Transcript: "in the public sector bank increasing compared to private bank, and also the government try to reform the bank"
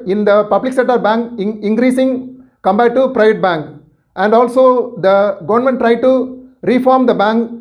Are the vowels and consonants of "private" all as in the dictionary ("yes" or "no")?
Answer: yes